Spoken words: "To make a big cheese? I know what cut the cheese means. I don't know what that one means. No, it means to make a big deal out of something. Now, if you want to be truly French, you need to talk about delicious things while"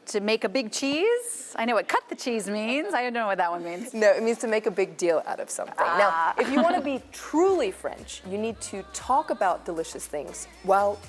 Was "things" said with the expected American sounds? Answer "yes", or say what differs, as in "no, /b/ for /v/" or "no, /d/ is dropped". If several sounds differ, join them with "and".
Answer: yes